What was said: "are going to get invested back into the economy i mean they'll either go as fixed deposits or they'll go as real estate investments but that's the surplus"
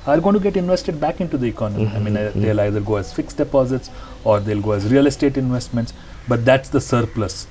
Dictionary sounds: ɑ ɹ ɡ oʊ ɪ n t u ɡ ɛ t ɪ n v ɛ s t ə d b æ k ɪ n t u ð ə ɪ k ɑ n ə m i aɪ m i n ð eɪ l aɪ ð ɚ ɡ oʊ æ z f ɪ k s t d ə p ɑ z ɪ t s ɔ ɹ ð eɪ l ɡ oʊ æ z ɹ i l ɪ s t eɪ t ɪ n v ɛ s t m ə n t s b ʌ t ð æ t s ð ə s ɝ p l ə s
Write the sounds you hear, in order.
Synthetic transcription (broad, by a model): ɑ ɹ ɡ oʊ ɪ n t u ɡ ɛ t ɪ n v ɛ s t ə d b æ k ɪ n t u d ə ɪ k ɑ n ə m i aɪ m i n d eɪ l aɪ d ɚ ɡ oʊ æ z f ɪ k s d ə p ɑ z ɪ t s ɔ ɹ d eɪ l ɡ oʊ æ z ɹ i l ɪ s t eɪ t ɪ n v ɛ s t m ə n t s b ʌ t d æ t s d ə s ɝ p l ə s